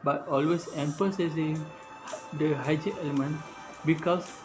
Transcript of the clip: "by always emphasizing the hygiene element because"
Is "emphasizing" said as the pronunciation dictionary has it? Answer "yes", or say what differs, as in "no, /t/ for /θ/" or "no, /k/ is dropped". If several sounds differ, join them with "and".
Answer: no, /p/ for /f/